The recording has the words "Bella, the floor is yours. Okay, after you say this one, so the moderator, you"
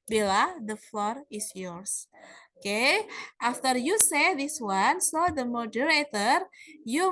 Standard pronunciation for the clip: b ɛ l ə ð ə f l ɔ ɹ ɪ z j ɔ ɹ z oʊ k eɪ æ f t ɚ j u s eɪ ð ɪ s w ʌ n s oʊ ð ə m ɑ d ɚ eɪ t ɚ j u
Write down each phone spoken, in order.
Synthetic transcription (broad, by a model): b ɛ l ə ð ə f l ɔ ɹ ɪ s j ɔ ɹ s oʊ k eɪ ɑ f t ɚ j u s eɪ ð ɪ s w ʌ n s oʊ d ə m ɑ d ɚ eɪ t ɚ j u